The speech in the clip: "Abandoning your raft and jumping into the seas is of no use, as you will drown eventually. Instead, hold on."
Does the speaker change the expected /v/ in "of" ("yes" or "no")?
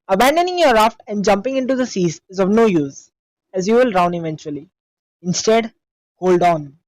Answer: no